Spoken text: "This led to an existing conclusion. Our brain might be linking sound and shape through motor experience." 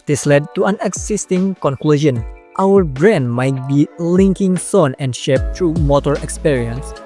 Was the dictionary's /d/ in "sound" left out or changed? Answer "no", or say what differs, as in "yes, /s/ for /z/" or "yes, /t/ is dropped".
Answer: yes, /d/ is dropped